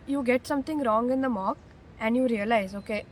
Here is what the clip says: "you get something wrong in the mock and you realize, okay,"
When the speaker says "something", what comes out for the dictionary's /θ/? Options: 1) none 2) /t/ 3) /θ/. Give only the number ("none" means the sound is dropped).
2